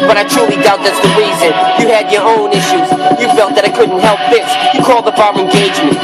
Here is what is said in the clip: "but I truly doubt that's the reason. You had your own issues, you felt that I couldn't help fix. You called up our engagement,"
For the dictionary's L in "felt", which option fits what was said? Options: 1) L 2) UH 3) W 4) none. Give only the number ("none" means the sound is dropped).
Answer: 1